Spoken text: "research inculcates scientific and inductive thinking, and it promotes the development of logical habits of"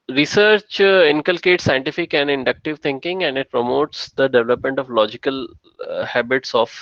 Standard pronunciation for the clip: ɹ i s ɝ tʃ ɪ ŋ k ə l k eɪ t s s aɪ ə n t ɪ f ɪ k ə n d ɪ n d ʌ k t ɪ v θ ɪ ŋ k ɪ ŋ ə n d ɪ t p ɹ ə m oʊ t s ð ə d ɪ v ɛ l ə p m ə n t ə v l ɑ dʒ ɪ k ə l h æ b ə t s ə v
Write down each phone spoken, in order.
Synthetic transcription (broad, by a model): ɹ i s ɝ tʃ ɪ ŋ k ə l k eɪ t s s aɪ ə n t ɪ f ɪ k ə n d ɪ n d ʌ k t ɪ v t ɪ ŋ k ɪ ŋ ə n d ɪ t p ɹ ə m oʊ t s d ə d ɪ v ɛ l ə p m ə n t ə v l ɑ dʒ ɪ k ə l h æ b ə t s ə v